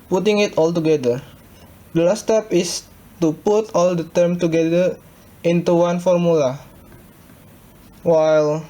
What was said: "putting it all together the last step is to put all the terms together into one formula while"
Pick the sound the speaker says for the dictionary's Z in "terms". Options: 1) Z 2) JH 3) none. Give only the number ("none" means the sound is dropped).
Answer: 3